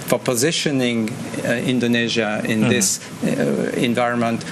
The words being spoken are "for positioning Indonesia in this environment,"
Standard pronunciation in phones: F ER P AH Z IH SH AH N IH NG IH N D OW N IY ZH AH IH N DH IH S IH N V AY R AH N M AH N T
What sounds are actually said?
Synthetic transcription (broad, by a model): F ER P AH Z IH SH AH N IH NG IH N D OW N IY ZH AH IH N DH IH S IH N V AY R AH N M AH N T